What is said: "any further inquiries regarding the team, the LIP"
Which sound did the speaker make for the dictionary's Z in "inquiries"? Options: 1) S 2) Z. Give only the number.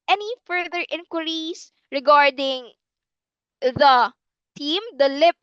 1